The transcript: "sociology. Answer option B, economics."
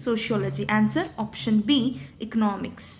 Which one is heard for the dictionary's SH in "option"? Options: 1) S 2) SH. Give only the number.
2